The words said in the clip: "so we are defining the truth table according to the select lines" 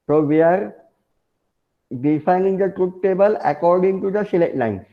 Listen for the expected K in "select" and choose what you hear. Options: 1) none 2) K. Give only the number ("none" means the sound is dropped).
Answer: 1